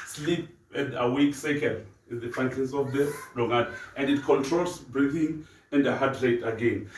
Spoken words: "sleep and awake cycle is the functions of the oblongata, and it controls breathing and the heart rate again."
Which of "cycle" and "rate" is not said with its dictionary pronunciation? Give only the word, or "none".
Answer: cycle